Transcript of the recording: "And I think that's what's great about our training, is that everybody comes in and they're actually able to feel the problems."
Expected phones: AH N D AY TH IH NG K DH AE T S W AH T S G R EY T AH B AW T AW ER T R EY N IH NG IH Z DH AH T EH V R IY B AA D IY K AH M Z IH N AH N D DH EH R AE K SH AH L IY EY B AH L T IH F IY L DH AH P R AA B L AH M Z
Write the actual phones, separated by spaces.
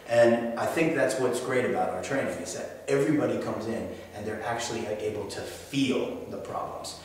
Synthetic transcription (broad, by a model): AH N AY TH IH NG K DH AE T S W AH T S G R EY T AH B AW T AW ER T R EY IH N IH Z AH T EH V R IY B AA D IY K AH M Z IH N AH N DH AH R AE K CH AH L IY EY B L T IH F IY L DH AH P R AA B L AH M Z